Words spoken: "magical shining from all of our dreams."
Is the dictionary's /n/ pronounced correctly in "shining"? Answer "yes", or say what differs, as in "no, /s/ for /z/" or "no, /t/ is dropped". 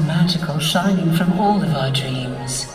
yes